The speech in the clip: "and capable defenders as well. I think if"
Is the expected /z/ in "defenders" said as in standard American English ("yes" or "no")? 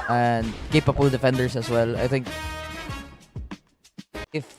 no